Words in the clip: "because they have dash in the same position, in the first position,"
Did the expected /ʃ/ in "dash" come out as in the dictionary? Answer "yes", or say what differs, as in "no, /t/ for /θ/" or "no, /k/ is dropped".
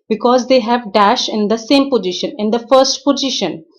yes